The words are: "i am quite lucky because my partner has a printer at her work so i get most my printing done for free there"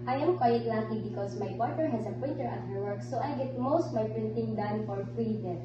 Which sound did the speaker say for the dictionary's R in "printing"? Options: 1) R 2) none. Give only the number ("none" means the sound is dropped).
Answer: 1